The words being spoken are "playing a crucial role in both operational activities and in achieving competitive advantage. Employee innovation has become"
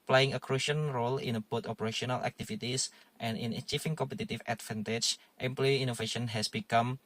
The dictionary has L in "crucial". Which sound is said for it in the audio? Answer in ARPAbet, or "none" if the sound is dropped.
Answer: N